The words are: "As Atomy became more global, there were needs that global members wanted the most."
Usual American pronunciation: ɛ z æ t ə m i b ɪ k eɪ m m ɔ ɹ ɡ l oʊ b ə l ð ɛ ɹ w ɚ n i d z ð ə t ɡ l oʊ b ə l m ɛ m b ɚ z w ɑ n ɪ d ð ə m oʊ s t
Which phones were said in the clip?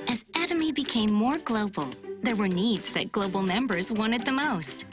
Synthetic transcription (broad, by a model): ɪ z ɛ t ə m i b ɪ k eɪ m m ɔ ɹ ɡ l oʊ b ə l ð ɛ ɹ w ɚ n i d z ð ə t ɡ l oʊ b l m ɛ m b ɚ z w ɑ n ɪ d ð ə m oʊ s t